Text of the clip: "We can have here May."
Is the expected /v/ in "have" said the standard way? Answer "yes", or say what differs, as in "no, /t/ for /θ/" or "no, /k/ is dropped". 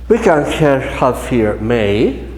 no, /f/ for /v/